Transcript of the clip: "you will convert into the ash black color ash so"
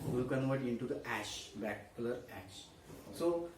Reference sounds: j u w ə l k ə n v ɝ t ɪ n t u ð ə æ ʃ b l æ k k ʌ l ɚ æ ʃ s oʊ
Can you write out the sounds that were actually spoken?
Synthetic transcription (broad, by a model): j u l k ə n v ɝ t ɪ n t u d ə æ ʃ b æ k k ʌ l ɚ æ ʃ s oʊ